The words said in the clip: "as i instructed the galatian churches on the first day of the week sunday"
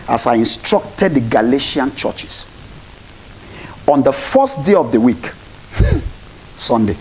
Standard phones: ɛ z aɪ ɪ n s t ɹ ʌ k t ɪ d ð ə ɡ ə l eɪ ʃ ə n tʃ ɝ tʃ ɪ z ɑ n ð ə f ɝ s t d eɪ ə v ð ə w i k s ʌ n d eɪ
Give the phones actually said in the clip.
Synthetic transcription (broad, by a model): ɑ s aɪ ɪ n s t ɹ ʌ k t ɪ d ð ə ɡ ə l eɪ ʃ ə n tʃ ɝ tʃ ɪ s ɑ n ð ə f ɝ s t d eɪ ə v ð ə w i k s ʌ n d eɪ